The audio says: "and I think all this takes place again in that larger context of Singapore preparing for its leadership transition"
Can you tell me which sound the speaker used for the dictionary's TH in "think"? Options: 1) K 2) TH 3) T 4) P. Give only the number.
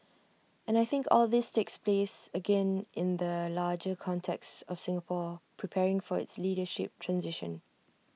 2